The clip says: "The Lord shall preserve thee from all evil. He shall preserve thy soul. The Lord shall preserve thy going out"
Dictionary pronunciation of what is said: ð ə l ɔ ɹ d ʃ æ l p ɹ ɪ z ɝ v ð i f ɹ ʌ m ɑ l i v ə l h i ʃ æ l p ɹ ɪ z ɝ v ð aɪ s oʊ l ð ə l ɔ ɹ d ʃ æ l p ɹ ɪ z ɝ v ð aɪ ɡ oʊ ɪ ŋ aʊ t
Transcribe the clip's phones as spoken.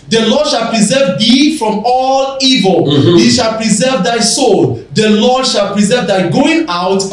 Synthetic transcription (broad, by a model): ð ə l ɔ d ʃ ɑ l p ɹ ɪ z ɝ v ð i f ɹ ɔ m ɑ l i v ə l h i ʃ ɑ l p ɹ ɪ z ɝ v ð aɪ s oʊ l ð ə l ɔ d ʃ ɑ l p ɹ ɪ z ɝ v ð aɪ ɡ oʊ ɪ ŋ aʊ t